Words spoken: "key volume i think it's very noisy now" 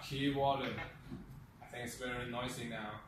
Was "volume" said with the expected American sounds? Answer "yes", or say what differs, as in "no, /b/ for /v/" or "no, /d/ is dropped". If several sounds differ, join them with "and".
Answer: no, /w/ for /v/